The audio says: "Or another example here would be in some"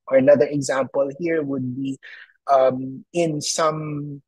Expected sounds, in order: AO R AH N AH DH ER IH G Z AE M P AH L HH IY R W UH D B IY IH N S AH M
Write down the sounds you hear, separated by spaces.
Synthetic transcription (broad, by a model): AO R AH N AH DH ER IH G Z AE M P AH L HH IY R W UH D B IY IH N S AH M